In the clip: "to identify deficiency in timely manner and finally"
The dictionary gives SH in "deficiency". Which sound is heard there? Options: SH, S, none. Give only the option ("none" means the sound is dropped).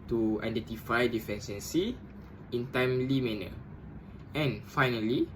S